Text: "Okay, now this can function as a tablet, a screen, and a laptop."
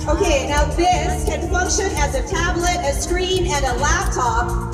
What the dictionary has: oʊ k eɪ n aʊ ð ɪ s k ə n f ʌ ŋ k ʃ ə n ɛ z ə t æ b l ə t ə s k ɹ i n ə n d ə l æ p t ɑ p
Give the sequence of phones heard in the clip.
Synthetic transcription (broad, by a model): oʊ k eɪ n aʊ ð ɪ s k ə n f ʌ ŋ k ʃ ə n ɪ z ə t æ b l ə t ə s k ɹ i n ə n ə l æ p t ɑ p